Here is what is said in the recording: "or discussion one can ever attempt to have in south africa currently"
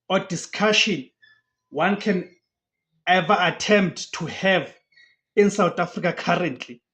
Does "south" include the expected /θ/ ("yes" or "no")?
no